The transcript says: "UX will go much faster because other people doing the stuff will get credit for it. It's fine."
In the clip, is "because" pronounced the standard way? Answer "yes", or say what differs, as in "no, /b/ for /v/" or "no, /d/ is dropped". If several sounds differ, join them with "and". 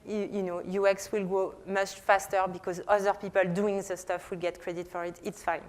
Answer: yes